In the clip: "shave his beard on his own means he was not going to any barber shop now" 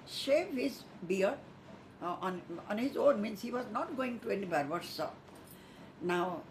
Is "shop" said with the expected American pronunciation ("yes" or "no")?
no